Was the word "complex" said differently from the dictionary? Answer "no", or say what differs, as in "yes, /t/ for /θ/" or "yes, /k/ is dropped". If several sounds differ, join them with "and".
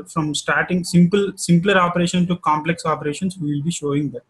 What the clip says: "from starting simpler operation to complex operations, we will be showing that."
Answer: no